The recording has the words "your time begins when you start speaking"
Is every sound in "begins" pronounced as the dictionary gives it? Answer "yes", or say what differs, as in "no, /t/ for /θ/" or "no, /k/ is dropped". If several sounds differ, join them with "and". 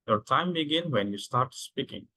no, /z/ is dropped